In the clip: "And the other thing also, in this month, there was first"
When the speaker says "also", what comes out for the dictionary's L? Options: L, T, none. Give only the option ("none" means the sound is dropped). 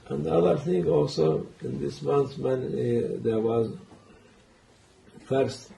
L